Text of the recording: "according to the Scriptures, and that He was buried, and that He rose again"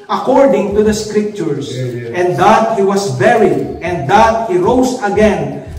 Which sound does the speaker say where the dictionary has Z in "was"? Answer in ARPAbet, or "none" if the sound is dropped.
S